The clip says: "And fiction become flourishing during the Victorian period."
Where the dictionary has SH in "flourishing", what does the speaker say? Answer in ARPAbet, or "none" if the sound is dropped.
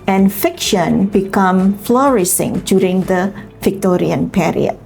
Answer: S